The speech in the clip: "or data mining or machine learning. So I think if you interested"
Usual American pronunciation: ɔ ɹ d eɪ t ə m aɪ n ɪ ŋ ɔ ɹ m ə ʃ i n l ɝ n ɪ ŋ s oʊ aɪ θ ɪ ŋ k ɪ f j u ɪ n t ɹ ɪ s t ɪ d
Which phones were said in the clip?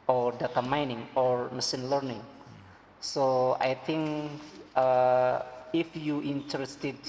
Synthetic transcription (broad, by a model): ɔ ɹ d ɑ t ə m aɪ n ɪ ŋ ɔ ɹ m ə s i n l ɝ n ɪ ŋ s oʊ aɪ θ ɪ ŋ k ɪ f j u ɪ n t ɹ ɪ s t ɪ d